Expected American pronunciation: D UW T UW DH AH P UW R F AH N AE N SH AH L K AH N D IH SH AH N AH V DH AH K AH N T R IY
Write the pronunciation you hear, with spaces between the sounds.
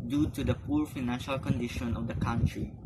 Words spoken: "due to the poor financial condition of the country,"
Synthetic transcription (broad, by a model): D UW T UW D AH P UW R F AH N AE N SH AH L K AH N D IH SH AH N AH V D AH K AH N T R IY